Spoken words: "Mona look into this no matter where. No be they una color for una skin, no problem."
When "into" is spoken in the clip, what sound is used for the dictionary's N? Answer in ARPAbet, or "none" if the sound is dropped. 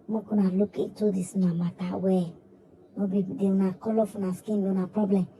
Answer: none